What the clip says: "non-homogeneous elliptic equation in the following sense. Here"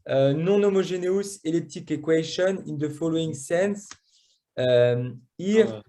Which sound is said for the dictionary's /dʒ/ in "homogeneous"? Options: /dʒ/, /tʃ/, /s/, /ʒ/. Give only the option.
/ʒ/